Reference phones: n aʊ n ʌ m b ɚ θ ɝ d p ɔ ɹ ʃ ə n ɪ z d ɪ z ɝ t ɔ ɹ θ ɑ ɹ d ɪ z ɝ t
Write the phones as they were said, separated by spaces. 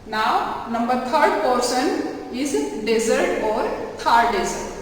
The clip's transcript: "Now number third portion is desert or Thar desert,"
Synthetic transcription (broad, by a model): n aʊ n ʌ m b ɚ t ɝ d p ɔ ɹ s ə n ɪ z d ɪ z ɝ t ɔ ɹ t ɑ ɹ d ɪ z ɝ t